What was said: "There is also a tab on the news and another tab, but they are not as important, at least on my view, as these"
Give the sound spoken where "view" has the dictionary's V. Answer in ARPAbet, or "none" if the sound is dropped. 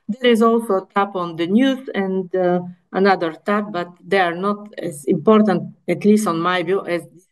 B